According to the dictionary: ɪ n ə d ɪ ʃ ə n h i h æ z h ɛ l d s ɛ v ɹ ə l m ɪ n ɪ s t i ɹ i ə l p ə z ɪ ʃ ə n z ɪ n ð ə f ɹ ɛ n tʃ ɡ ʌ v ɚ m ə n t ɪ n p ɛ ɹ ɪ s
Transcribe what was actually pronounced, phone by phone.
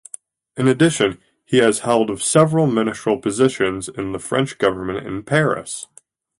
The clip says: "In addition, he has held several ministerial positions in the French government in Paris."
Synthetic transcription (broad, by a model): ɪ n ə d ɪ ʃ ə n i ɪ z h ɛ l d s ɛ v ɹ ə l m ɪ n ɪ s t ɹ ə l p ə z ɪ ʃ ə n z ɪ n ð ə f ɹ ɛ n tʃ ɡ ʌ v ɚ m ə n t ɪ n p ɛ ɹ ɪ s